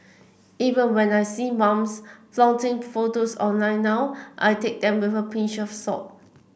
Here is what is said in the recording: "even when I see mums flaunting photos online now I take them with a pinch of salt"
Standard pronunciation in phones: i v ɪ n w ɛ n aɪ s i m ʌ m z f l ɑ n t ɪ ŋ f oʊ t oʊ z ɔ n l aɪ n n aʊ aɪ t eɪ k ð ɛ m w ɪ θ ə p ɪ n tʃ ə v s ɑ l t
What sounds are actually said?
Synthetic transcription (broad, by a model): i v ɪ n w ɛ n aɪ s i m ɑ m s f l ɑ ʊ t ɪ ŋ f oʊ t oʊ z ɔ n l aɪ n n aʊ aɪ t eɪ k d ɛ m w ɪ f ə p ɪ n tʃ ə f s ɑ t